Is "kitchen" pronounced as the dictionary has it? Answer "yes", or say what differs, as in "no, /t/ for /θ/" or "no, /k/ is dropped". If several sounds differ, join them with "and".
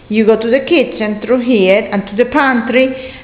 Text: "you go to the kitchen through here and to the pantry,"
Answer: no, /s/ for /tʃ/